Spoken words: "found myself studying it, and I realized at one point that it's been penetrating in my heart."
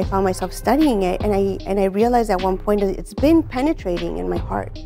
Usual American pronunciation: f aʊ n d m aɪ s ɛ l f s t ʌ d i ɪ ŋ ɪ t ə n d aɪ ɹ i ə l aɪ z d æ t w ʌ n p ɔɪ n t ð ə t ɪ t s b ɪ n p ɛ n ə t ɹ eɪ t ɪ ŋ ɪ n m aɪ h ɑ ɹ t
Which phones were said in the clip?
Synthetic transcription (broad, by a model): f aʊ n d m aɪ s ɛ l f s t ʌ d i ɪ ŋ ɪ t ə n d aɪ ɹ i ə l aɪ z ɪ t w ʌ n p ɔɪ n t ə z ɪ t s b ɪ n p ɛ n ə t ɹ eɪ t ɪ ŋ ɪ n m aɪ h ɑ ɹ t